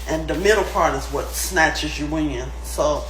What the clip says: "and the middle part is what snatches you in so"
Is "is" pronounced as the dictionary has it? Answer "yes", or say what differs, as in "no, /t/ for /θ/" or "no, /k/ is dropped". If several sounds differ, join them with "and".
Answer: yes